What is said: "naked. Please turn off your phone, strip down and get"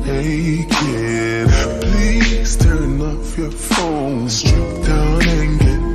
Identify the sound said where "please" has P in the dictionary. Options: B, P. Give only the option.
P